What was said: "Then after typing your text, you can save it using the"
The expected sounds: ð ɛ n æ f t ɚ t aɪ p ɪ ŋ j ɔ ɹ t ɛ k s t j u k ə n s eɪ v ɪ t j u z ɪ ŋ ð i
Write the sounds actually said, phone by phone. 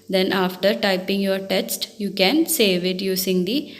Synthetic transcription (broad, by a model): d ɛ n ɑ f t ɚ t aɪ p ɪ ŋ j ɔ ɹ t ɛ s t j u k ə n s eɪ v ɪ t j u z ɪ ŋ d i